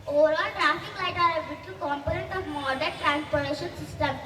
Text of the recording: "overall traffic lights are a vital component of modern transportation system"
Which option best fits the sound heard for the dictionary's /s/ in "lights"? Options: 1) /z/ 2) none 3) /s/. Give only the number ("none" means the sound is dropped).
2